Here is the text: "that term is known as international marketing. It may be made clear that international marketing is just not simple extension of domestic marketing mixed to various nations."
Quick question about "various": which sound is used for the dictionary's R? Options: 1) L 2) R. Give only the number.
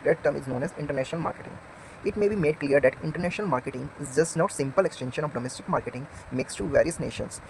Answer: 2